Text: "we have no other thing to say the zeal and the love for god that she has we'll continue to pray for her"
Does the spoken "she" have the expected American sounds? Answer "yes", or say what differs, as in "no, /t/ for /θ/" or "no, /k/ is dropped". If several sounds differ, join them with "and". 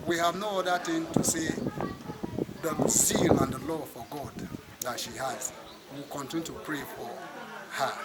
yes